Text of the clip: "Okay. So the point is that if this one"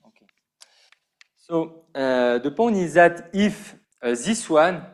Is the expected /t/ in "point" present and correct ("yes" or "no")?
no